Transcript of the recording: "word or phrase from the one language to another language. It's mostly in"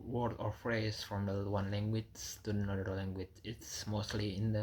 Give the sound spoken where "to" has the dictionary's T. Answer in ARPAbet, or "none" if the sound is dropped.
S